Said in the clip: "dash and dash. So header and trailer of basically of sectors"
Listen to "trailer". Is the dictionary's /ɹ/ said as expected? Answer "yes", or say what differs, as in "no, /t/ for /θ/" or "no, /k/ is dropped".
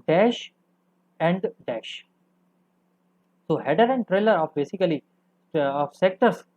yes